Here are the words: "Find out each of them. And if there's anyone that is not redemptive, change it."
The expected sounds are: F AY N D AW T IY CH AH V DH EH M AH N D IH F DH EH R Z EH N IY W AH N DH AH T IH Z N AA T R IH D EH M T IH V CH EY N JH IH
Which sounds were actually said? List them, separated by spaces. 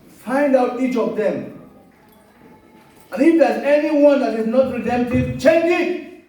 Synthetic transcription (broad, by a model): F AY N D AW T IY CH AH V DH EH M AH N IH F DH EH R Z EH N IY W AH N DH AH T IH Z N AA T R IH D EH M T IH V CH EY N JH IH